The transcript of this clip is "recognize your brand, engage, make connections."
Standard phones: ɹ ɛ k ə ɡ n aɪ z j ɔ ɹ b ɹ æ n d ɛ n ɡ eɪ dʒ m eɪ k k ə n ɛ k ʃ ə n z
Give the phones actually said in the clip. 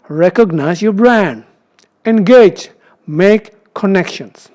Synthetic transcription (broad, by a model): ɹ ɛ k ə ɡ n aɪ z j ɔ b ɹ æ n d ɛ n ɡ eɪ dʒ m eɪ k k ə n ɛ k ʃ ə n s